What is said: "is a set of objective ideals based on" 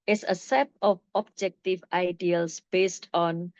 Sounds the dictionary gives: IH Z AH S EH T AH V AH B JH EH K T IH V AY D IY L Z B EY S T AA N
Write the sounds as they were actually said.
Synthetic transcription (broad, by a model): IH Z AH S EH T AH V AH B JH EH K T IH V AY D IY L S B EY S T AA N